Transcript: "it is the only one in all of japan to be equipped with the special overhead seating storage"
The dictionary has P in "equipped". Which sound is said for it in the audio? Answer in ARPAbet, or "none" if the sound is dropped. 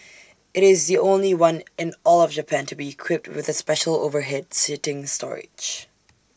P